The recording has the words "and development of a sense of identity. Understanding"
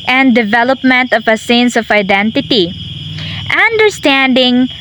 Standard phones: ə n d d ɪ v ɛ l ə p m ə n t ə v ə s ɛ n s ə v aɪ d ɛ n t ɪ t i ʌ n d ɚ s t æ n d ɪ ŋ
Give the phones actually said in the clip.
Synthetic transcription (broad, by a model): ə n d d ɪ v ɛ l ə p m ə n t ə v ə s ɛ n s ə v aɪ d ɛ n t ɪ t i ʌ n d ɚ s t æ n d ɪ ŋ